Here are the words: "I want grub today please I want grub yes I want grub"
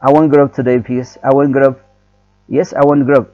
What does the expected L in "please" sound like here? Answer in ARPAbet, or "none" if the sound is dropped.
none